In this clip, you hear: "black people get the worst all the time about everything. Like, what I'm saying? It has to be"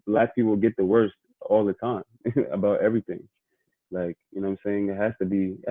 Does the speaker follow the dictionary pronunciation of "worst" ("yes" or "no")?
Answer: yes